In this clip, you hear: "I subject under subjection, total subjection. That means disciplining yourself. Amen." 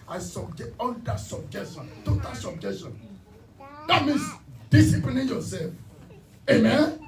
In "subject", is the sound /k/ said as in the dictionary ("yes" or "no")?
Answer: no